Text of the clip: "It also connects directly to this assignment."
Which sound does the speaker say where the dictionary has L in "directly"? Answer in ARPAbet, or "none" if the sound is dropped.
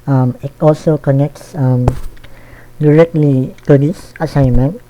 L